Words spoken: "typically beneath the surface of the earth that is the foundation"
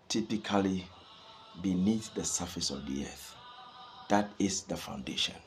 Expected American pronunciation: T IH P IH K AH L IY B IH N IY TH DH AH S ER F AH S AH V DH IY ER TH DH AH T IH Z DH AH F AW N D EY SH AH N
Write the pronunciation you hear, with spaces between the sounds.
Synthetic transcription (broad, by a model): T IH P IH K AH L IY B IH N IY TH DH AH S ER F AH S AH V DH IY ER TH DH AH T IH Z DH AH F AW N D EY SH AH N